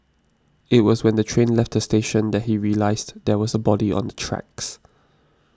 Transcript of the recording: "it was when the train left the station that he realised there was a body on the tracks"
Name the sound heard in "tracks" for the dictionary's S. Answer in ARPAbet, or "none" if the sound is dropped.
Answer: S